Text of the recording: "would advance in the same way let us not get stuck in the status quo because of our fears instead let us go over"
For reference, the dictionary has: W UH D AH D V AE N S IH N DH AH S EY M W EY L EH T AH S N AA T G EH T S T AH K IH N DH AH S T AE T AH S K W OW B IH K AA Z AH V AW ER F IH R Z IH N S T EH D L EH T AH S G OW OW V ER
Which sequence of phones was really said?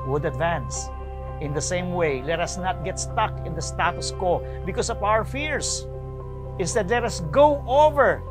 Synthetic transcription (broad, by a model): W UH D AH D V AE N S IH N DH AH S EY M W EY L EH T AH S N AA T G EH T S T AH K IH N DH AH S T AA T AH S K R B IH K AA S AH V AW ER F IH R S IH N S T EH D L EH T AH S G OW OW V ER